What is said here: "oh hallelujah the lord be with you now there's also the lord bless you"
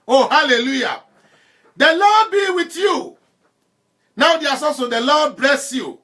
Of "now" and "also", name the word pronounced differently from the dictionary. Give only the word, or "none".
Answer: also